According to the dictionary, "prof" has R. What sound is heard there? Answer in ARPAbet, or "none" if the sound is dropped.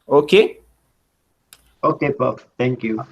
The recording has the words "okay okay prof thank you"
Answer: none